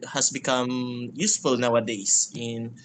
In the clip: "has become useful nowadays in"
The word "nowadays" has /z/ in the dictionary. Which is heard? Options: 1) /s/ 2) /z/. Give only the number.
1